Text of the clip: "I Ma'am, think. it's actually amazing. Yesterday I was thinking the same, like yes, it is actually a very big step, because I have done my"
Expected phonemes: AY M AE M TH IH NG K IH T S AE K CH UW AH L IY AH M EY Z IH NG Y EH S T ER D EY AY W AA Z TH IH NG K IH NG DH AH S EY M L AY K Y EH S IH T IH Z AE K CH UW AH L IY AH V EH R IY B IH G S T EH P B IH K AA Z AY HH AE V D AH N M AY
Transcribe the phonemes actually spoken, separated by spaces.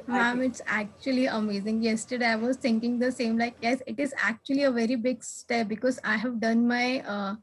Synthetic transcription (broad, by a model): M AE M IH IH T S AE K CH UW AH L IY AH M EY Z IH NG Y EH S T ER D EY AY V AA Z T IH NG K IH NG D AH S EY M L AY K Y EH S IH T IH Z AE K CH UW AH L IY AH V EH R IY B IH G S T EH P B IH K AA Z AY HH AE V D AH N M AY